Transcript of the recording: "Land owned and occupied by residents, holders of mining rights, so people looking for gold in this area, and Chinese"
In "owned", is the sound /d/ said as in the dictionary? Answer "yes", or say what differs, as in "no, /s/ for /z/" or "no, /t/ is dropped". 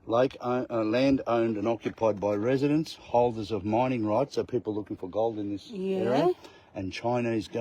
yes